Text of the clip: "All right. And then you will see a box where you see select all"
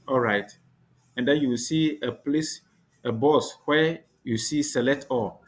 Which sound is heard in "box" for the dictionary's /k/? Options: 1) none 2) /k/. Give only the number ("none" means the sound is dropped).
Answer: 1